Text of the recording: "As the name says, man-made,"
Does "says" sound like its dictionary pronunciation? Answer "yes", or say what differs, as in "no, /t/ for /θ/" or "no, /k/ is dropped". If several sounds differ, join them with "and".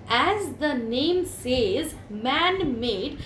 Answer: yes